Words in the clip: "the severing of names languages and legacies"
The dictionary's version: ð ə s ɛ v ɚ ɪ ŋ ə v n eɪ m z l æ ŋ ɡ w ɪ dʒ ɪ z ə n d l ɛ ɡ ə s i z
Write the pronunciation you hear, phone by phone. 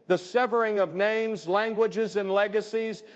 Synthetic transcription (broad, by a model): ð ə s ɛ v ɚ ɪ ŋ ə v n eɪ m z l æ ŋ ɡ w ɪ dʒ ɪ z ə n l ɛ ɡ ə s i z